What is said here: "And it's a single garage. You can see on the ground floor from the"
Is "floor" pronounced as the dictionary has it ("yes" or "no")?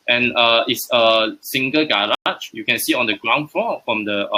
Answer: no